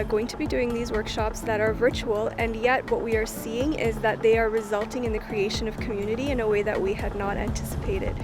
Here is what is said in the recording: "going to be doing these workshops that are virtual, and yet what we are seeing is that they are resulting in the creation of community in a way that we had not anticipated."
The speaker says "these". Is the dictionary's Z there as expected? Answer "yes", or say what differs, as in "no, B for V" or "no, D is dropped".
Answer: yes